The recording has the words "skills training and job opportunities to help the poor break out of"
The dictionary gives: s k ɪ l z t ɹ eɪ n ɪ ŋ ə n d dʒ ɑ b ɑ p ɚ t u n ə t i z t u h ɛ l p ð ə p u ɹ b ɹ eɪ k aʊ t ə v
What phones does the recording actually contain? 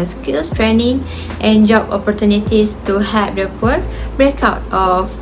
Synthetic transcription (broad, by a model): s k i l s t ɹ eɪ n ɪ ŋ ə n dʒ ɑ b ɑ p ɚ t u n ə t i s t u h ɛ p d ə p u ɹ b ɹ eɪ k aʊ t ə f